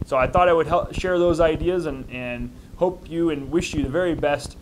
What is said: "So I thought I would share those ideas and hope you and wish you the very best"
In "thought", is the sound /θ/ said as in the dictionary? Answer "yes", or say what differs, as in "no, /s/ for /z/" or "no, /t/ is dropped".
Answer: yes